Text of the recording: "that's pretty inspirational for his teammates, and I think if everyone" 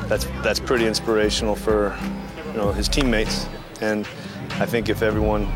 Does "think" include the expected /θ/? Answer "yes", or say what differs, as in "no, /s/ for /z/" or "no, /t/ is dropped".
yes